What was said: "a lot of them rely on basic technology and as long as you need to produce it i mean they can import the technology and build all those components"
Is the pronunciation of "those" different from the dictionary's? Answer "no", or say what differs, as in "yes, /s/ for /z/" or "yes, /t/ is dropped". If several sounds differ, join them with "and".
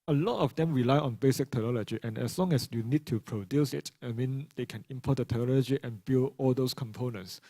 yes, /s/ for /z/